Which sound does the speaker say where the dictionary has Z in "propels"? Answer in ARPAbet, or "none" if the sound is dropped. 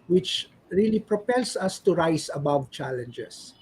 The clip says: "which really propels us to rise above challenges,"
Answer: S